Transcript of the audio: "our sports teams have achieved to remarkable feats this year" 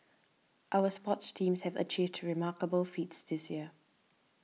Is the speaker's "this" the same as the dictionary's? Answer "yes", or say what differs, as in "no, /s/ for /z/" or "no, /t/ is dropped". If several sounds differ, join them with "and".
yes